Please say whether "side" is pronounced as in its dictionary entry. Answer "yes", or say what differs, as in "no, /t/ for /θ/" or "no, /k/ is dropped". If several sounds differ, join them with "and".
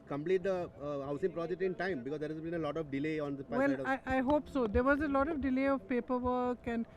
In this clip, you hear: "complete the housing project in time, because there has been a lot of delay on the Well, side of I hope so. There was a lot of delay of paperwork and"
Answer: no, /d/ is dropped